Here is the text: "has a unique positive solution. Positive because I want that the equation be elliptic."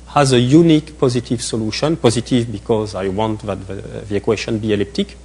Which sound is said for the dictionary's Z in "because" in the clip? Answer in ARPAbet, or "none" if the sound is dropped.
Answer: Z